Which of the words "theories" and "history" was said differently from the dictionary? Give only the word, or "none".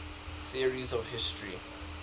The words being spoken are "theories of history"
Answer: none